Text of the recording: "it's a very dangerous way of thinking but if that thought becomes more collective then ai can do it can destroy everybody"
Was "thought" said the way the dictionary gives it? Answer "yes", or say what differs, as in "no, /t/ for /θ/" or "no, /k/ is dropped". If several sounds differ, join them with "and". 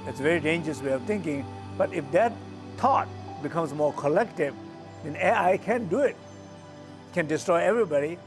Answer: no, /t/ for /θ/